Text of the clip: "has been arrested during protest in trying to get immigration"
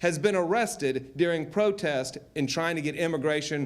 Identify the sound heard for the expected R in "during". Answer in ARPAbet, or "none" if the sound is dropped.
R